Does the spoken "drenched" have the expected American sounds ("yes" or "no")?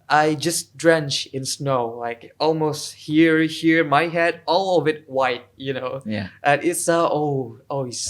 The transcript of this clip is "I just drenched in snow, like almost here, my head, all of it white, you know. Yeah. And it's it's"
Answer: no